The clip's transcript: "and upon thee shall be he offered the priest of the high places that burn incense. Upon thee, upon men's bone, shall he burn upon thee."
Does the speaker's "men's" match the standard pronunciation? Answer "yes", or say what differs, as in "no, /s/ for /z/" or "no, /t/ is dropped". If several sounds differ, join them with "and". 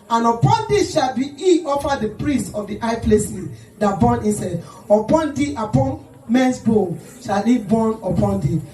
no, /s/ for /z/